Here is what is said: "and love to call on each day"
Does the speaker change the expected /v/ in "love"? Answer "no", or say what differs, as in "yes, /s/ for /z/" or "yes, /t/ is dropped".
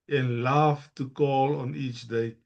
yes, /f/ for /v/